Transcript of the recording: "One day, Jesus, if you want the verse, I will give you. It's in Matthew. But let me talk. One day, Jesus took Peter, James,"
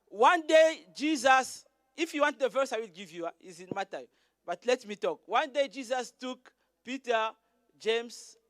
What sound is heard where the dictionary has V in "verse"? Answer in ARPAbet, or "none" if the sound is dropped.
V